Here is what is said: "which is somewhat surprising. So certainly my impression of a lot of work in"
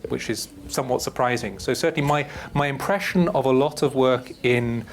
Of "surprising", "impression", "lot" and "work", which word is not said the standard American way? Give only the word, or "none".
none